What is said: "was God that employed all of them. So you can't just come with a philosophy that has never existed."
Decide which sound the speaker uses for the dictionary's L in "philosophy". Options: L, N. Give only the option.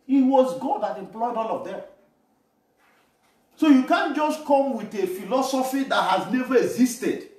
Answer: L